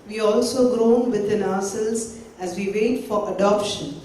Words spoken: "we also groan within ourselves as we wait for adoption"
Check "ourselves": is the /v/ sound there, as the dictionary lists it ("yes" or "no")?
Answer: no